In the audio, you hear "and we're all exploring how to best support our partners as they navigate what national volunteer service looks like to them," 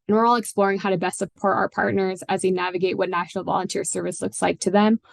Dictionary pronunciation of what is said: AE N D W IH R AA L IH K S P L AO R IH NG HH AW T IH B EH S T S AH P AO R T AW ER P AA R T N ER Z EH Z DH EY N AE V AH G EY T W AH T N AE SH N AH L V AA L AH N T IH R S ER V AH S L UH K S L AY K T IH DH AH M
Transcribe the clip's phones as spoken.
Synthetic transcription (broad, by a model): N W IH R AA L IH K S P L AO R IH NG HH AW T IH B EH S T S AH P AO R T AW ER P AA R T N ER Z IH Z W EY N AE V AH G EY T W AH T N AE SH N L V AA L AH N T IH R S ER V AH S L UH K S L AY K T IH DH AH M